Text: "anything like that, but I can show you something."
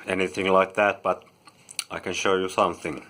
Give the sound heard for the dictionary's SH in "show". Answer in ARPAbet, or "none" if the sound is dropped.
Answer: SH